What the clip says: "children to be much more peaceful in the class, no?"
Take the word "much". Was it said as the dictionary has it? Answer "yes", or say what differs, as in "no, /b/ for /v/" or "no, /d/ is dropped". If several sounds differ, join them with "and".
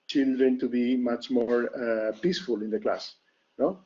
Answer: yes